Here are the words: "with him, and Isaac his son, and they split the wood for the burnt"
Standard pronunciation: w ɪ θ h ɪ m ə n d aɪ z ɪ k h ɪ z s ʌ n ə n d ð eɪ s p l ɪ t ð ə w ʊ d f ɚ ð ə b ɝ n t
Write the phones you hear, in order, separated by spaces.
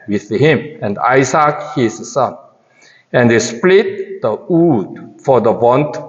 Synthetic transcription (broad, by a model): w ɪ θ h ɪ m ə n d aɪ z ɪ k h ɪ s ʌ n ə n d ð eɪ s p l ɪ t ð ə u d f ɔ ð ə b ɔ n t